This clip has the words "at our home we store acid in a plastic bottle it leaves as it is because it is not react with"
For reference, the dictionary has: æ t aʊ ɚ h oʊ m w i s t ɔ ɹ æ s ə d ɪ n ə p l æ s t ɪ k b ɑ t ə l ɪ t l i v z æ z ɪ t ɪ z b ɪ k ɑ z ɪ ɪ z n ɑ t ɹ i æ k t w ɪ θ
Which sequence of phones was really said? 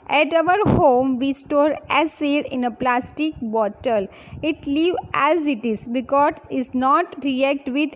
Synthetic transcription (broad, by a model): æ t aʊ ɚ h oʊ m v i s t ɔ ɹ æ s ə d ɪ n ə p l æ s t ɪ k b ɑ t ə l ɪ t l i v æ z ɪ t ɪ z b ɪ k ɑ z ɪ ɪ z n ɑ t ɹ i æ k t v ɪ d